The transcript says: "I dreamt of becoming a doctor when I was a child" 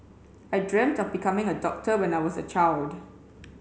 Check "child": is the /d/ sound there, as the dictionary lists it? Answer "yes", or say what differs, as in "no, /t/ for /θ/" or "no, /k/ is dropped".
yes